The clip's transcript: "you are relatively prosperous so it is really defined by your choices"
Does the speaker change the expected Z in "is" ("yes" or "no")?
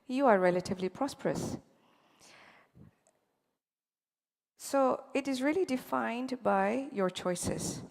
no